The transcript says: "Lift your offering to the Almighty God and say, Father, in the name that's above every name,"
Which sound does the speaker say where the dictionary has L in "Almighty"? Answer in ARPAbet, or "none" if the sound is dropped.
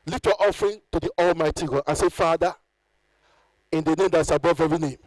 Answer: L